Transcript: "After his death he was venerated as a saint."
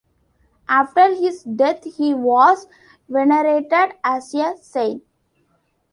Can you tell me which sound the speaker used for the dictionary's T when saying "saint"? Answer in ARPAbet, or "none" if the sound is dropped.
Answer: none